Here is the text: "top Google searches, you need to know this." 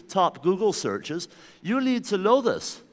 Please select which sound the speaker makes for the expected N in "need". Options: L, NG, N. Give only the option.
L